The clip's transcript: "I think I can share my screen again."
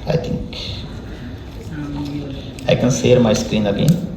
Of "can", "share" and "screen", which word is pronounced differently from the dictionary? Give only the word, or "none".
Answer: share